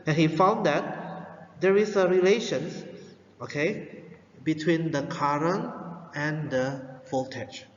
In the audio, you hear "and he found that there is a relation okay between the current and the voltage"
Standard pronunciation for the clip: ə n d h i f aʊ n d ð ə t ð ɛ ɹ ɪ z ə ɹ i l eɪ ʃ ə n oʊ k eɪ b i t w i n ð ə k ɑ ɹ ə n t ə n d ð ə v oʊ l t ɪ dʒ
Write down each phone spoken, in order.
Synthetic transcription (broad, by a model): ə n h i f aʊ n d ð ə t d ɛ ɹ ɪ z ə ɹ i l eɪ ʃ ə n oʊ k eɪ b i t w i n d ə k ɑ ɹ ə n ə n d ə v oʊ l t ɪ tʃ